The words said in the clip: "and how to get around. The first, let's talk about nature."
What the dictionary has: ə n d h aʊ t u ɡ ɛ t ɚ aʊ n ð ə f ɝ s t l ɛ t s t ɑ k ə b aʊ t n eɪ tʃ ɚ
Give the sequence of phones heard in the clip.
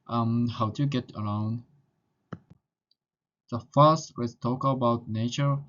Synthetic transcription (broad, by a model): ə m h aʊ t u ɡ ɛ t ɚ aʊ n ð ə f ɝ s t w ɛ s t ɑ k ə b aʊ t n eɪ tʃ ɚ